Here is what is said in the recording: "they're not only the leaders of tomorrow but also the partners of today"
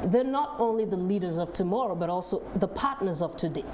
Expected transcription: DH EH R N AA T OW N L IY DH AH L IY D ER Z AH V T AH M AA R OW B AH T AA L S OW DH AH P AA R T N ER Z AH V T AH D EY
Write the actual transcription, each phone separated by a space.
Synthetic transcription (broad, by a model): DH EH R N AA T OW N L IY DH AH L IY D ER Z AH V T AH M AA R OW B AH T AA L S OW DH AH P AA R T N ER Z AH V T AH D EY